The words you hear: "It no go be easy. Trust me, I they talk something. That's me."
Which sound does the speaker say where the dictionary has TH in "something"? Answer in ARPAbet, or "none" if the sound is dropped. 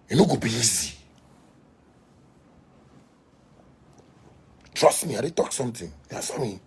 T